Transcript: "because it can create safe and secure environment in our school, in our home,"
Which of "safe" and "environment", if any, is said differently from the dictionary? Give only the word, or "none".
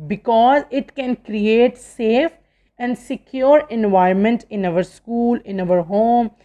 environment